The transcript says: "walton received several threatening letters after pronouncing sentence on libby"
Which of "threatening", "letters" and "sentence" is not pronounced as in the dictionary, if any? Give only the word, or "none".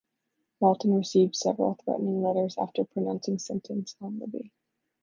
none